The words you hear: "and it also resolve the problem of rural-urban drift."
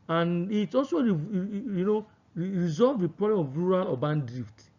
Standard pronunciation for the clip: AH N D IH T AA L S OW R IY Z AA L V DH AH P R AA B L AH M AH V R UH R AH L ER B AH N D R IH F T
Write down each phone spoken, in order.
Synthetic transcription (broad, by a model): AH N IH T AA L S OW R IY Z AA L V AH P R AA B L AH M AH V R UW R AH L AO B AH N D R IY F T